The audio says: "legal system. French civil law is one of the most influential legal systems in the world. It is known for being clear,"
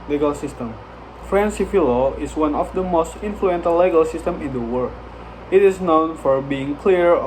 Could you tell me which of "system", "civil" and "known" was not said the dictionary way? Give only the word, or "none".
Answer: civil